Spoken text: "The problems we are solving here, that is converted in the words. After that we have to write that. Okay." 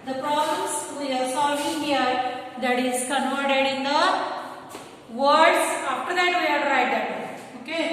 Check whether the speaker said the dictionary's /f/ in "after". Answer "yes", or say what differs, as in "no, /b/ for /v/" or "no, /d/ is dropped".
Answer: no, /p/ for /f/